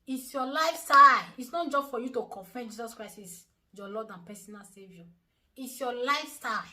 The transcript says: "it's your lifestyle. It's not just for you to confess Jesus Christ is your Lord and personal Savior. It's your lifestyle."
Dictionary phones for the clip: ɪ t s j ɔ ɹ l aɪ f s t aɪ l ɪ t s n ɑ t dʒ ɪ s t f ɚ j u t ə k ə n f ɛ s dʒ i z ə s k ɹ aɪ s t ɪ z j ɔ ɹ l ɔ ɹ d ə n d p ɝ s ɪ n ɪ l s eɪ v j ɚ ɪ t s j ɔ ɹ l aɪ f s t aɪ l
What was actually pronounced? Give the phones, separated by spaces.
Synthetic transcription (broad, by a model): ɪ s j ɔ l aɪ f s t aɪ ɪ t s n ɑ t dʒ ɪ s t f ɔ j u t ə k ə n f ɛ dʒ i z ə s k ɹ aɪ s ɪ s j ɔ l ɔ d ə n p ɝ s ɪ n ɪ l s eɪ v j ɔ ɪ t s j ɔ l aɪ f s t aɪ